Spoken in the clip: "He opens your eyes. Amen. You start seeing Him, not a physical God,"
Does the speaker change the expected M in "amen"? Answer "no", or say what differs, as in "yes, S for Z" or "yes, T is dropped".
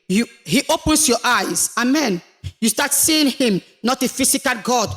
no